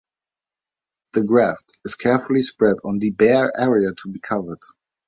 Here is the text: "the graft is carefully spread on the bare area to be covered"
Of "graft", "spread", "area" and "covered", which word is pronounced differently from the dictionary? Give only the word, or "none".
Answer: none